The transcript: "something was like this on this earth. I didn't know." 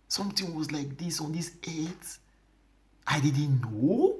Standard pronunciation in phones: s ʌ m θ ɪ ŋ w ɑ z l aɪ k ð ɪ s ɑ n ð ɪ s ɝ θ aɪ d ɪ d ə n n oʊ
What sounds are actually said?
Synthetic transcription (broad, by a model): s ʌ m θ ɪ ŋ w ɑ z l aɪ k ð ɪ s ɑ n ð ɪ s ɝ s aɪ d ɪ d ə n n oʊ